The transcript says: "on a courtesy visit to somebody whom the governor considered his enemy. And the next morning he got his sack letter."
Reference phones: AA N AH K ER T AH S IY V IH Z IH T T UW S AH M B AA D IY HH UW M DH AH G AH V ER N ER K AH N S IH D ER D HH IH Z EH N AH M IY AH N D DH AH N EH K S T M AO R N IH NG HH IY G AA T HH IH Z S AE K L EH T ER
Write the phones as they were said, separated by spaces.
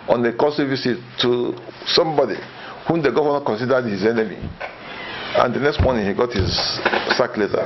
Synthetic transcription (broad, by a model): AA N AH K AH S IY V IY S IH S T UW S AH M B AA D IY HH UW M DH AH G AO ER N K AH N S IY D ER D HH IH Z EH N AH M IY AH N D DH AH N EH K S T M AO N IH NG HH IY G AA T HH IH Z S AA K L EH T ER